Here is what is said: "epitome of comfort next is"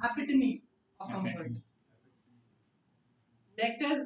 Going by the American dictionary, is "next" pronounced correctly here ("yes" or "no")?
no